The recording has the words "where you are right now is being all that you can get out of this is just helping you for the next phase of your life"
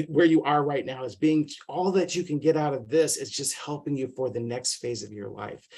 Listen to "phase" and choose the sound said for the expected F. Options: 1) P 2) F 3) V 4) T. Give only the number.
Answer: 2